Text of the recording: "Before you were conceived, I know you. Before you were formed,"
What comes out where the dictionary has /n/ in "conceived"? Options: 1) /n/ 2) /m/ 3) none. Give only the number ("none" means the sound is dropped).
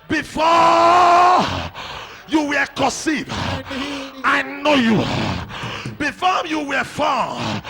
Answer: 3